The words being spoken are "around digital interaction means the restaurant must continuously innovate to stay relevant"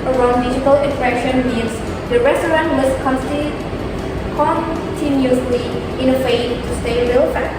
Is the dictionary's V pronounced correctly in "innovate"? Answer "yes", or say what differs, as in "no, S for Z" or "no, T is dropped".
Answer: no, F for V